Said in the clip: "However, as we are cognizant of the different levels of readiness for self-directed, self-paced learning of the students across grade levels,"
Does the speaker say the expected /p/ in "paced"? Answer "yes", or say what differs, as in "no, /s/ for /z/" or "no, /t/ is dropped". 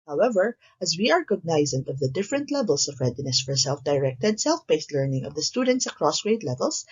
no, /b/ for /p/